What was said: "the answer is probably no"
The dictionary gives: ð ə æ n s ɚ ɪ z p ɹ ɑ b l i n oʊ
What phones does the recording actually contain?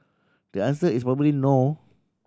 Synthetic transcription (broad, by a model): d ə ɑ n s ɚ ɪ s p ɹ ɑ b l i n oʊ